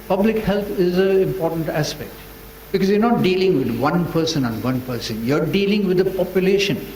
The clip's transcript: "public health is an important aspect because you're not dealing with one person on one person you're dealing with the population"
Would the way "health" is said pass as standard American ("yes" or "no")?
no